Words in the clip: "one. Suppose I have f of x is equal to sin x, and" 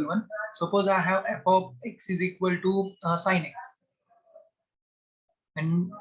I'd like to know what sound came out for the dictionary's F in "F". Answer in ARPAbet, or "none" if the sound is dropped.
P